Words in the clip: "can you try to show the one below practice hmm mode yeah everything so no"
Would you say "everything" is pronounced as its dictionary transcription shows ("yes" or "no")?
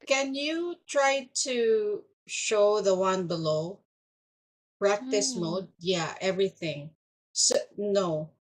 yes